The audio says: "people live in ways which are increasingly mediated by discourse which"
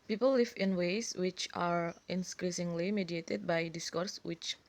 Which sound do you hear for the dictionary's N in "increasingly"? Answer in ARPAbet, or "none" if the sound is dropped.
N